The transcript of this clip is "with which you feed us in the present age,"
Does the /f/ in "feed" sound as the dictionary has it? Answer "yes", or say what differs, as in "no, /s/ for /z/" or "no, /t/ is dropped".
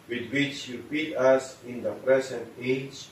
no, /p/ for /f/